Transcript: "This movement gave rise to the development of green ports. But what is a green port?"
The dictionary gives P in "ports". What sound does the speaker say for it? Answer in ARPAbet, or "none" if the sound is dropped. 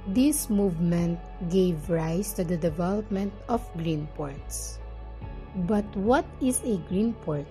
P